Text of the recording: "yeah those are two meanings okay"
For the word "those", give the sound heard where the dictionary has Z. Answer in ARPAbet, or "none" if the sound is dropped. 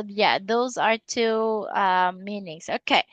Z